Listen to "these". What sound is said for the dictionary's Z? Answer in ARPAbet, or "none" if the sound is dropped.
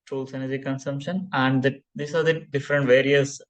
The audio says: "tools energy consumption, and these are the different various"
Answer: S